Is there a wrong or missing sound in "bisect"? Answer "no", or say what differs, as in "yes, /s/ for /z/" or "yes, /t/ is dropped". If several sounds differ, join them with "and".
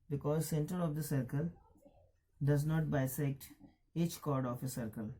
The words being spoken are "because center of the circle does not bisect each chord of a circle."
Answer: no